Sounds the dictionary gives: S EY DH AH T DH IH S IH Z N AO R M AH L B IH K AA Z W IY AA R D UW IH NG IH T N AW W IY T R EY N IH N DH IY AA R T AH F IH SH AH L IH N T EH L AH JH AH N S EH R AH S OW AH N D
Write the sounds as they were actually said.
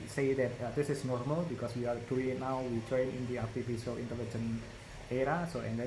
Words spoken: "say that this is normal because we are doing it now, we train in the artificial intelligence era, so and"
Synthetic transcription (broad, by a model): S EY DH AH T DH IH S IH S N AO R M AH L B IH K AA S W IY AA R D UW IH NG IH T N AW W IY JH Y N IH N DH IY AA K T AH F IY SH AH L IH N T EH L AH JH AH N EH R AH S OW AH N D